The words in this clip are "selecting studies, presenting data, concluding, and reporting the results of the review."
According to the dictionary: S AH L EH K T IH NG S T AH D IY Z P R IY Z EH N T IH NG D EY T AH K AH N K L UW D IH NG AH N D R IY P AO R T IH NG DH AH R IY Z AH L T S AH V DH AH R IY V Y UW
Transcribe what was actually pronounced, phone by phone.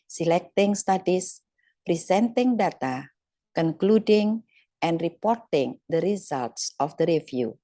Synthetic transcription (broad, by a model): S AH L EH K T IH NG S T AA D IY S P R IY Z EH N T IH NG D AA T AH K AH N K L UW D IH NG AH N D R IY P AO R T IH NG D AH R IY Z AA L T S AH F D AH R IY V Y UW